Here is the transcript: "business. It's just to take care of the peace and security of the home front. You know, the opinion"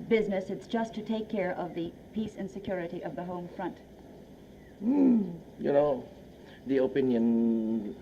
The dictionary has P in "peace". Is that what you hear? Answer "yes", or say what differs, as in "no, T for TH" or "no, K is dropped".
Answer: yes